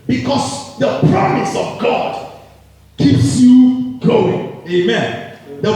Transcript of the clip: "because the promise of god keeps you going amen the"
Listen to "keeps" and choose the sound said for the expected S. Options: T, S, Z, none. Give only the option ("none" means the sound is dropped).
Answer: S